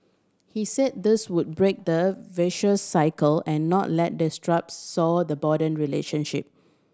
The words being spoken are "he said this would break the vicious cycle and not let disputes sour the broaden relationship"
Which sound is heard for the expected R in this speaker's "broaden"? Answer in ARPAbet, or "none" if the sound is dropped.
none